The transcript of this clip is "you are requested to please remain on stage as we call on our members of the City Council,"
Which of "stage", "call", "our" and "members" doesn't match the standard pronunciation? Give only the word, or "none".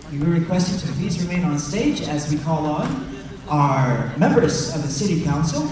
none